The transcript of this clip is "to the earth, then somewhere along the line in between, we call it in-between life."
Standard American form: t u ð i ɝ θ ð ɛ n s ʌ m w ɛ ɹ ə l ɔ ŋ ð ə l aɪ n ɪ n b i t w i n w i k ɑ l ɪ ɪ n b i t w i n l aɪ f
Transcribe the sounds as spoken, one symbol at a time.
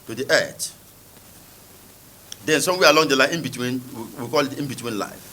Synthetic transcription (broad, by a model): t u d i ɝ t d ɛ n s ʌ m w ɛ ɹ ə l ɔ ŋ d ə l aɪ ɪ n b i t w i n w i k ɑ l ɪ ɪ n b i t w i n l aɪ f